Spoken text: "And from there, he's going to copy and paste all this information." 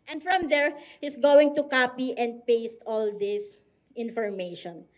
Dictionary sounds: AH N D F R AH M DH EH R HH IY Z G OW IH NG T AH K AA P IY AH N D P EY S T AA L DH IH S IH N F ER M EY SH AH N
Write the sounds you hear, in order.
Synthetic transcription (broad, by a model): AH N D F R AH M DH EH R HH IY S G OW IH NG T AH K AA P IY AH N D P EY S T AA L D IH S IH N F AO M EY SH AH N